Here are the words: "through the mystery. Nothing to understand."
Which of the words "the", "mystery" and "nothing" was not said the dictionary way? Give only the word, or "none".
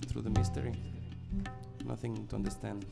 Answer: none